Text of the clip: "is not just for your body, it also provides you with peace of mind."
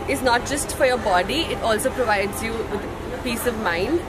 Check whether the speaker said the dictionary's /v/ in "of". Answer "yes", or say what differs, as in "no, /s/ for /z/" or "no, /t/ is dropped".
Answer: yes